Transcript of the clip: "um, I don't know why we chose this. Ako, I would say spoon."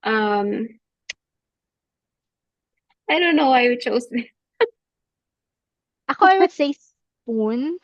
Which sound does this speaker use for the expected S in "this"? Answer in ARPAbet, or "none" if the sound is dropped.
none